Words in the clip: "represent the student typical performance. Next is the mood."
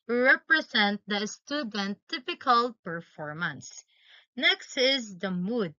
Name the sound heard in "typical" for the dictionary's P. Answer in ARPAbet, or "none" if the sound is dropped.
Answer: P